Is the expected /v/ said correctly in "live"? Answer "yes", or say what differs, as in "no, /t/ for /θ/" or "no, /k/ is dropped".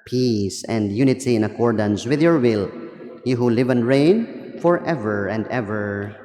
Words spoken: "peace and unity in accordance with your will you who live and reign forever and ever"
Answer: yes